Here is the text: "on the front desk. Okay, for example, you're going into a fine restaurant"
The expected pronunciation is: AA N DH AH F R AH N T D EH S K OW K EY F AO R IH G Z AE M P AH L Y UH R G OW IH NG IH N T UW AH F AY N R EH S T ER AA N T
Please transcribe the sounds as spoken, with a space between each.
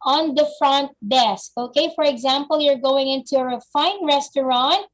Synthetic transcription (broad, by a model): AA N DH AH F R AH N T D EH S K OW K EY F AO R IH G Z AE M P AH L Y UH R G OW IH NG IH N T UW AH F AY N R EH S T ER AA N T